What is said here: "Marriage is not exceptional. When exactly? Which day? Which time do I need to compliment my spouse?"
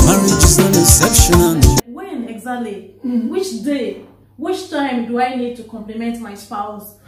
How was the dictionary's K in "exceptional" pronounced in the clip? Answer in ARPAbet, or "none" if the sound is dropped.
none